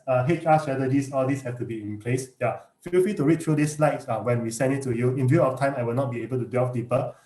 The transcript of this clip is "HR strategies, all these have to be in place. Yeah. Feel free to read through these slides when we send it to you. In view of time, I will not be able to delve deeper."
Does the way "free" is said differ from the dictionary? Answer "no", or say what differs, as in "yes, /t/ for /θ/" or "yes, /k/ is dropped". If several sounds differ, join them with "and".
yes, /l/ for /ɹ/